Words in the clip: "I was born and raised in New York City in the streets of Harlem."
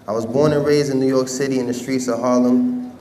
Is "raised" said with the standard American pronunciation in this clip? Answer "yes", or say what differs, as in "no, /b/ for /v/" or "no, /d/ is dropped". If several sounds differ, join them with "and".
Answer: no, /d/ is dropped